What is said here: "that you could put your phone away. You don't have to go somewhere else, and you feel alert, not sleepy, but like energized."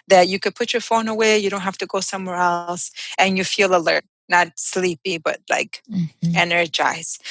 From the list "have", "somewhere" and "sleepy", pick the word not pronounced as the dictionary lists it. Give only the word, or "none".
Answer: have